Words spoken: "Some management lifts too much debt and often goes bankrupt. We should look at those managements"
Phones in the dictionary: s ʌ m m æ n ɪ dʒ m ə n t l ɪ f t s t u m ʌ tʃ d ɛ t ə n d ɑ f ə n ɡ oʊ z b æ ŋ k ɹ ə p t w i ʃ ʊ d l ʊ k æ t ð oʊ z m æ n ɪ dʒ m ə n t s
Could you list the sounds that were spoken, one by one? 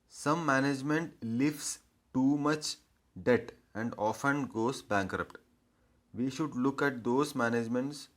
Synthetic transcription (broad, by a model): s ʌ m m æ n ɪ dʒ m ə n t l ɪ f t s t u m ʌ tʃ d ɛ t ə n d ɑ f ə n ɡ oʊ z b æ ŋ k ɹ ə p t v i ʃ ʊ d l ʊ k æ t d oʊ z m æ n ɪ dʒ m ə n t s